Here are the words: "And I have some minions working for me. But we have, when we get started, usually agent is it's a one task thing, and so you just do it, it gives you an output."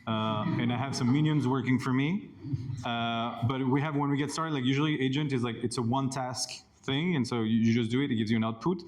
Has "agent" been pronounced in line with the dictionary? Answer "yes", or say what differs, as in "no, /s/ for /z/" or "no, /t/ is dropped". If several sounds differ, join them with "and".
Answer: yes